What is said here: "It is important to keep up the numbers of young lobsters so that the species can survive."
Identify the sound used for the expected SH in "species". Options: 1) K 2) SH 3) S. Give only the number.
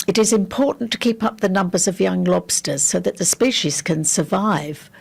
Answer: 2